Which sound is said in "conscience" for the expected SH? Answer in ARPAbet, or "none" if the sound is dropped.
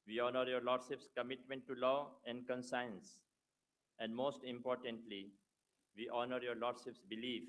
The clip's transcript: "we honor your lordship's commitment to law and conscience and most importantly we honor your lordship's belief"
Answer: S